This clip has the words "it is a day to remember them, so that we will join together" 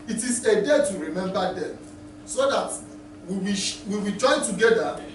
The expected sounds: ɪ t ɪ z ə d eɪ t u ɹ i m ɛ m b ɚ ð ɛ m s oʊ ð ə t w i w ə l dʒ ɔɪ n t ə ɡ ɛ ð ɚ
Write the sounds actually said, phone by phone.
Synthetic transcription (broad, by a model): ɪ t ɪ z ə d eɪ t u ɹ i m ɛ m b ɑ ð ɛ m s oʊ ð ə t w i w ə w dʒ ɔɪ n t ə ɡ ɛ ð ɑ